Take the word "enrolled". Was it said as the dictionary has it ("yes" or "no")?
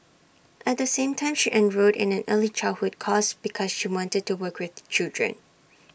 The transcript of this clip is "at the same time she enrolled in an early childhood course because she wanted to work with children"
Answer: no